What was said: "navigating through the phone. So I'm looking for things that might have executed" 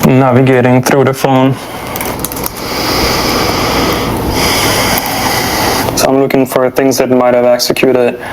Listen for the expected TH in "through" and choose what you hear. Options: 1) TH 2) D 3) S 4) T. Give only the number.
4